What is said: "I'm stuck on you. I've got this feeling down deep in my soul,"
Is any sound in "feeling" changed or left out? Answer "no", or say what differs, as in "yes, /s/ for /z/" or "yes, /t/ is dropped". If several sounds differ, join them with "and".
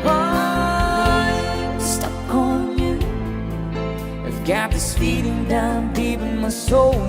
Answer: yes, /p/ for /f/